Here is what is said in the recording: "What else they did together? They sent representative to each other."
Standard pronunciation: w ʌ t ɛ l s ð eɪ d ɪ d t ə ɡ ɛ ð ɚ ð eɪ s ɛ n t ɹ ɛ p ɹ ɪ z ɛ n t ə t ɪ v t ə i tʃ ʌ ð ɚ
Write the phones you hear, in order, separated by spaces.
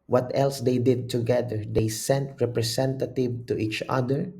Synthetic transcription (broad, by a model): w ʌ t ɛ l s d eɪ d ɪ d t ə ɡ ɛ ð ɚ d eɪ s ɛ n t ɹ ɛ p ɹ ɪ s ɛ n t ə t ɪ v t ə i tʃ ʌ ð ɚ